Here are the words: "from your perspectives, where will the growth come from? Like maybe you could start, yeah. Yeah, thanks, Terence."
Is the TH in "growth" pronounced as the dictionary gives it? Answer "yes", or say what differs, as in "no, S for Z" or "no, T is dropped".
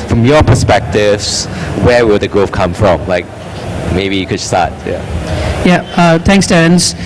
no, F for TH